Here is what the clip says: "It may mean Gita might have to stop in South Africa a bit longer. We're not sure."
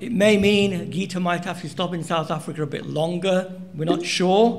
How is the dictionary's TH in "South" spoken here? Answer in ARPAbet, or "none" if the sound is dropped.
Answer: TH